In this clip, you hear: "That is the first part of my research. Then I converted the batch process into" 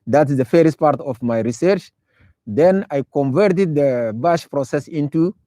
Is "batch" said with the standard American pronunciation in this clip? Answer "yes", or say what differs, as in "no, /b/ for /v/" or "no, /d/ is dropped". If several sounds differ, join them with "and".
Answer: no, /ʃ/ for /tʃ/